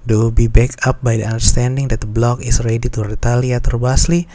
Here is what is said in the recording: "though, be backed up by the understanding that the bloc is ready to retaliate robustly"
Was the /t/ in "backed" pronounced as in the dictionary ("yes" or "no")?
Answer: no